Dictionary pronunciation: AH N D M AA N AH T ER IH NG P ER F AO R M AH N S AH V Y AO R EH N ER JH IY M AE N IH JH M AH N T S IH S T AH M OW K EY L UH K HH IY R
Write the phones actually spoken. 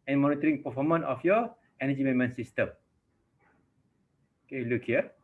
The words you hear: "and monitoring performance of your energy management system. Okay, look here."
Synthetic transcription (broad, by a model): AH N M AA N AH T ER IH NG P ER F AO M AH N AH F Y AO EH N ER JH IY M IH M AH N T S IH S T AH M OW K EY L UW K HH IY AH